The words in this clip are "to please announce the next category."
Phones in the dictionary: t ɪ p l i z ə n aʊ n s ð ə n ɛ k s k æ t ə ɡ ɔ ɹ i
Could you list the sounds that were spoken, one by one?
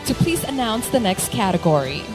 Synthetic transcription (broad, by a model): t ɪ p l i z ə n aʊ n s ð ə n ɛ k s k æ t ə ɡ ɔ ɹ i